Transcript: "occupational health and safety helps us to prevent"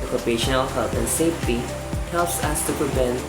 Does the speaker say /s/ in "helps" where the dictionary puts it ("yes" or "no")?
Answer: yes